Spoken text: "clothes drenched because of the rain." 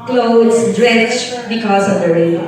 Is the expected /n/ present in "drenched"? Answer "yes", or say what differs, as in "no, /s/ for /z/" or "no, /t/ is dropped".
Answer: no, /n/ is dropped